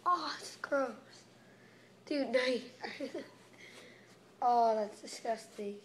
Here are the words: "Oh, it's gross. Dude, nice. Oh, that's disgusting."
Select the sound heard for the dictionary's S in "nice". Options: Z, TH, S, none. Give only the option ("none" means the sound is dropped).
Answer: none